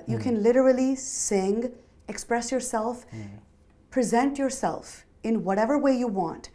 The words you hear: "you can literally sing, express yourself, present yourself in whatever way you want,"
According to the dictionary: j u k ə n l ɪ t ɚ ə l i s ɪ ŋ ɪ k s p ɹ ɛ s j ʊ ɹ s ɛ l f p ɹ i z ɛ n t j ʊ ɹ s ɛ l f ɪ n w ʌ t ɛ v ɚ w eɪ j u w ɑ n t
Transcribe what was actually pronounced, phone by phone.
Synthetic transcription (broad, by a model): j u k ə n l ɪ t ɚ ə l i s ɪ ŋ ɪ k s p ɹ ɛ s j ʊ ɹ s ɛ l f p ɹ i z ɛ n t j ʊ ɹ s ɛ l f ɪ n w ʌ t ɛ v ɚ w eɪ j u w ɑ n t